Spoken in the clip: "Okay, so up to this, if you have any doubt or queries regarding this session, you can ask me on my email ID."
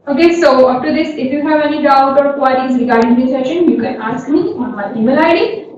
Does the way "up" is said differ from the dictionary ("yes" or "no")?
yes